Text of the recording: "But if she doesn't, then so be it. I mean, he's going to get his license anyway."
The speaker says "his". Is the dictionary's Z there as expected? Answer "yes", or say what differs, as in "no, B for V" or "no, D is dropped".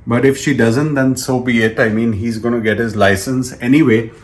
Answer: yes